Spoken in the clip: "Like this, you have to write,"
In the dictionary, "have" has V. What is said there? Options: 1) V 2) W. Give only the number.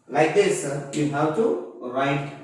2